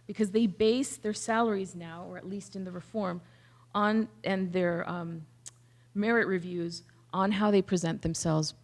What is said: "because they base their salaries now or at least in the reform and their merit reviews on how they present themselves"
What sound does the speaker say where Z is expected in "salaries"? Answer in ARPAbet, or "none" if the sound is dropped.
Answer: Z